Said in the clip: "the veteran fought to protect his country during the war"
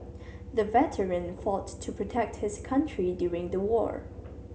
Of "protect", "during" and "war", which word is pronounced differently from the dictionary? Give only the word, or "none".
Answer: none